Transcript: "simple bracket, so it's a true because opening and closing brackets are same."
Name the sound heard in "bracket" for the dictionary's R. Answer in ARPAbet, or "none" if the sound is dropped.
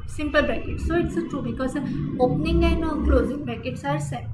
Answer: none